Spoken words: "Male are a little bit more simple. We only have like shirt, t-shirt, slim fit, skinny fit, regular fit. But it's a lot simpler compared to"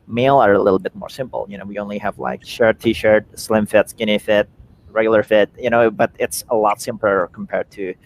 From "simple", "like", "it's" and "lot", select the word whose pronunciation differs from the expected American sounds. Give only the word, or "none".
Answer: simple